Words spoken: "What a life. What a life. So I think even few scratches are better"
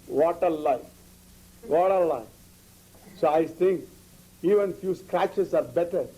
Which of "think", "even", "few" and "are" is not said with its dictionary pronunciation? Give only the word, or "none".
think